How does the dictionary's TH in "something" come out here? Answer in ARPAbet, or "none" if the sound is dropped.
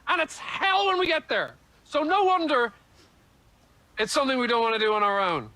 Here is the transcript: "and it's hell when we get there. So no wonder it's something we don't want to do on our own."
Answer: TH